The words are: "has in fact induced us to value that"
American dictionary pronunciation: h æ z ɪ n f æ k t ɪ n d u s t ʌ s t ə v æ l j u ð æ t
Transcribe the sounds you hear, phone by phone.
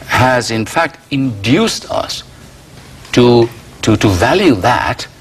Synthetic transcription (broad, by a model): h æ z ɪ n f æ k t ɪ n d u s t ʌ s t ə v æ l j u ð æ t